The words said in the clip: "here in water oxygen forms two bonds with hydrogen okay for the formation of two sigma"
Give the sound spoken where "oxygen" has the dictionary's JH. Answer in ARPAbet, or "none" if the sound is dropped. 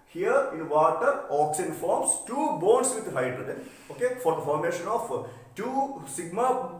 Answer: none